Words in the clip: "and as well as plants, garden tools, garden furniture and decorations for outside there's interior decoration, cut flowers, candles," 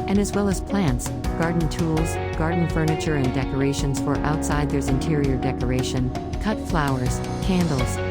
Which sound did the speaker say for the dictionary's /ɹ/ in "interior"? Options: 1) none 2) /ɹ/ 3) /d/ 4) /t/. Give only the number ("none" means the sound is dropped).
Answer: 2